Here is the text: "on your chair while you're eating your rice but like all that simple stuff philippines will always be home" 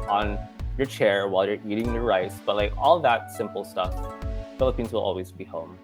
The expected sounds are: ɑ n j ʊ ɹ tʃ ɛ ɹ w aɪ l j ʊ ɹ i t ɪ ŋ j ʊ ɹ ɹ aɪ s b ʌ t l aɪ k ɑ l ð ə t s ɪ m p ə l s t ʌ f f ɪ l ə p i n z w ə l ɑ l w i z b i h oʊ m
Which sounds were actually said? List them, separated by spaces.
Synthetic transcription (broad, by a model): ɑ n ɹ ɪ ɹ tʃ ɛ ɹ w aɪ l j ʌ ɹ i t ɪ ŋ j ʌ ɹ ɹ aɪ s b ʌ t l aɪ k ɑ l ð ə t s ɪ m p l s t ʌ f f ɪ l ə p i n z w ə l ɑ l w i z b i h oʊ m